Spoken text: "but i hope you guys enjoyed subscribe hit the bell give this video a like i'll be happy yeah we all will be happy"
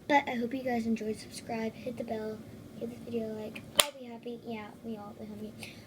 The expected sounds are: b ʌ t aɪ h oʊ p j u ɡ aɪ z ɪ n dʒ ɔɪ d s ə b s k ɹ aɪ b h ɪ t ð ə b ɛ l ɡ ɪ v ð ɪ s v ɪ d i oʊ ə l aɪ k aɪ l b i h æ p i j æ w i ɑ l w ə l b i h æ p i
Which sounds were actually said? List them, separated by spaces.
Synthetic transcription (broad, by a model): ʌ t aɪ h oʊ p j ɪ ɡ aɪ z ɪ n dʒ ɔɪ d s ə b s k ɹ aɪ b h ɪ t ð ə b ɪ l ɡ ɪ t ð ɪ v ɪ d i oʊ ə l aɪ k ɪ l b i h æ p i j æ w i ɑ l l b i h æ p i